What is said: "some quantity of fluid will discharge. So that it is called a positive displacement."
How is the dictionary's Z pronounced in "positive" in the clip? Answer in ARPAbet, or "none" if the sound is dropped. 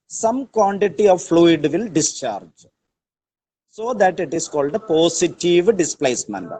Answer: S